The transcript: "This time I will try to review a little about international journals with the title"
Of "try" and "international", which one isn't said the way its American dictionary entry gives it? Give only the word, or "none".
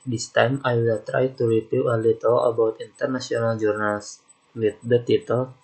international